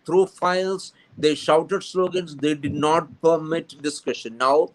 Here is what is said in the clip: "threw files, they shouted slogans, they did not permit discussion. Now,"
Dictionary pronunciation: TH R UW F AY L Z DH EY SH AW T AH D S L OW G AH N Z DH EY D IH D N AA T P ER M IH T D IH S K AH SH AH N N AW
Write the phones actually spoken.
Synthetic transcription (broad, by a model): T R UW F AY L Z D EY SH AW T AH D S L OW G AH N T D EY D IH D N AA T P ER M IH T D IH S K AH SH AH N N AW